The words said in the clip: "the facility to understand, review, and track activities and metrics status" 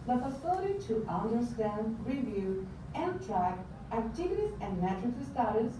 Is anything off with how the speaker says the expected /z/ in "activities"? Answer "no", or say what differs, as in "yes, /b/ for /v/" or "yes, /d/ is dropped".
yes, /s/ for /z/